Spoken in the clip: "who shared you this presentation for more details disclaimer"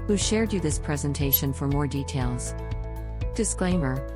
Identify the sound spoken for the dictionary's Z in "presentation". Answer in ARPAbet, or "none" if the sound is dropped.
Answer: Z